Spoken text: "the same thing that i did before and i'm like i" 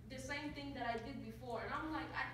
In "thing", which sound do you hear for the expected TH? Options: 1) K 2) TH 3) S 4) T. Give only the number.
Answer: 4